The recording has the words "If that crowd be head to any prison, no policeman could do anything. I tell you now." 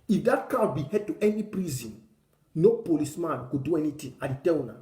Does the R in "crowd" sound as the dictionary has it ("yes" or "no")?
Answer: no